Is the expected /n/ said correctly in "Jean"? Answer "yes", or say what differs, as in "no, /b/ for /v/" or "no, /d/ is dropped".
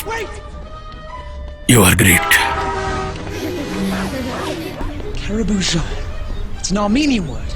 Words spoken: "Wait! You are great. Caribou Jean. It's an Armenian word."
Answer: no, /n/ is dropped